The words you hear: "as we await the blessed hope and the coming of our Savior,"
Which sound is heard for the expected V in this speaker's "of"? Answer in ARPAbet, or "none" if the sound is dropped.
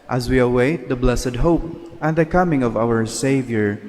V